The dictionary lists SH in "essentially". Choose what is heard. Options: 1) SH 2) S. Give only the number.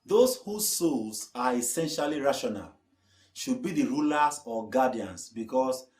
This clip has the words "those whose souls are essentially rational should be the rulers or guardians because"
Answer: 1